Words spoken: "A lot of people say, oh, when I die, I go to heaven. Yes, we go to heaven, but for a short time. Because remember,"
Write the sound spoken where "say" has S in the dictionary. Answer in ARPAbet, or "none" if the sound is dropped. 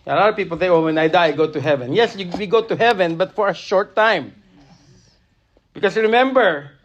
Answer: TH